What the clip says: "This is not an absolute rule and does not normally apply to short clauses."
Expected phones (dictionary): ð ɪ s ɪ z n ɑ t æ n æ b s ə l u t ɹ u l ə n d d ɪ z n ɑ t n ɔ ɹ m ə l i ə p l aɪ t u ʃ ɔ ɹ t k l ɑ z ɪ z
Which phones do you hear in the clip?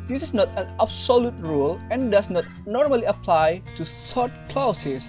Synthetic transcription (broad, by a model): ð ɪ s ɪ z n ɑ t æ n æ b s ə l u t ɹ u l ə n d d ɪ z n ɑ t n ɔ ɹ m ə l i ə p l aɪ t u s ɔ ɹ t k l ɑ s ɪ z